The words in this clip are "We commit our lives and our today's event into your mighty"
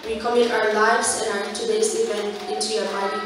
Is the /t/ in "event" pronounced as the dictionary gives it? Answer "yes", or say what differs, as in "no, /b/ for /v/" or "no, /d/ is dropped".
no, /t/ is dropped